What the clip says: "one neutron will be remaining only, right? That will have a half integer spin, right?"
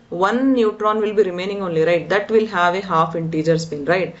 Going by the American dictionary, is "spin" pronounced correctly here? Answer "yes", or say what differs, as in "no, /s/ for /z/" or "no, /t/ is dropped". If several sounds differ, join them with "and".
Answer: no, /b/ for /p/